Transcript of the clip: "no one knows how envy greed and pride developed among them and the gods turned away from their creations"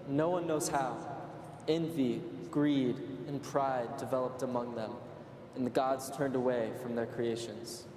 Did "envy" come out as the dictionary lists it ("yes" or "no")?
yes